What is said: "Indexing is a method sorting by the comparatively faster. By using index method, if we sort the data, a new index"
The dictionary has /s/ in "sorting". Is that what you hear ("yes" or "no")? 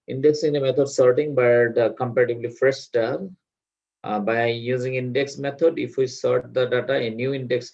yes